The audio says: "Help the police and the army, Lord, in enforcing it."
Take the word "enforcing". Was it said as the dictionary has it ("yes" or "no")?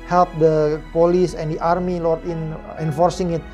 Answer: yes